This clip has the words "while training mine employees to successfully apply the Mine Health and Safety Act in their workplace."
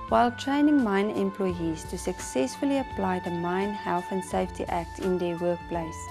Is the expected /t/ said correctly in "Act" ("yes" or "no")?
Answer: yes